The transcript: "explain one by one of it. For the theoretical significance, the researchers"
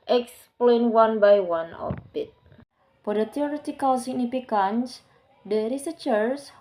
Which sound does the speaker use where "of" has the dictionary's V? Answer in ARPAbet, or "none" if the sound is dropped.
B